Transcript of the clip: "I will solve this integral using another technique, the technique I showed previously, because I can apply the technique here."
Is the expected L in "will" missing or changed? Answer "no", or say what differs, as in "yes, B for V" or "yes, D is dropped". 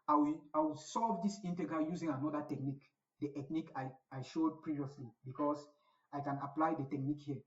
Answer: yes, W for L